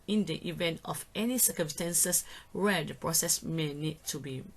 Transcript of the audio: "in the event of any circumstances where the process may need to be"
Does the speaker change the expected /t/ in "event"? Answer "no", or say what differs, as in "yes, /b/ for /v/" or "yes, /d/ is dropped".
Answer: no